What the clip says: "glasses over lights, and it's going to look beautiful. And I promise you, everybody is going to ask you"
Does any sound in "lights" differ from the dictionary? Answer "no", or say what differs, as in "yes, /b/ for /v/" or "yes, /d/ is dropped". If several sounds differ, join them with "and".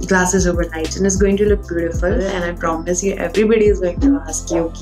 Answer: yes, /s/ is dropped